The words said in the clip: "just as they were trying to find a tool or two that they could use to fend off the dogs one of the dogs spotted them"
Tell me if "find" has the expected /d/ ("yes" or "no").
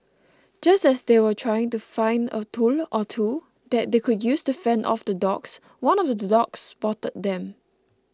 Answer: yes